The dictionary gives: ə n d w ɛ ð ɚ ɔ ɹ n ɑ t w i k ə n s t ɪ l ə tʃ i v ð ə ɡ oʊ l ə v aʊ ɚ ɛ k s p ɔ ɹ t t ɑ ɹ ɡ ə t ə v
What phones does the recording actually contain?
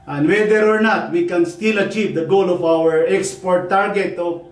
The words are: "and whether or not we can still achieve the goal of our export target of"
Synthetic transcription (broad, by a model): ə n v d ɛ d ɔ ɹ n ɑ t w i k ə n s t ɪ l ə tʃ i v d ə ɡ oʊ l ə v aʊ ɚ ɛ k s p ɔ ɹ t t ɑ ɹ ɡ ə t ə